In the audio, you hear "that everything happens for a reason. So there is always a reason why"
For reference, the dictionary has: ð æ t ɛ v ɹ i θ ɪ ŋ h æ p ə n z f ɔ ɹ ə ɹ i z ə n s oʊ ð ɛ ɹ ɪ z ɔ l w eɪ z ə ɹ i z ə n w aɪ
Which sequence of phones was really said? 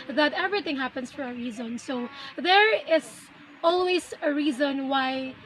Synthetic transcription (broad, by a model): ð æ t ɛ v ɹ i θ ɪ ŋ h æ p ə n s f ɔ ɹ ə ɹ i z ə n s oʊ ð ɛ ɹ ɪ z ɔ l w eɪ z ə ɹ i z ə n w aɪ